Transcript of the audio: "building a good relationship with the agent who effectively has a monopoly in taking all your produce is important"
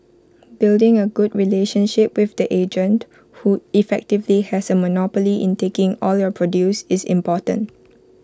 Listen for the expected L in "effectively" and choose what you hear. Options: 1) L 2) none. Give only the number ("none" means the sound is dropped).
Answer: 1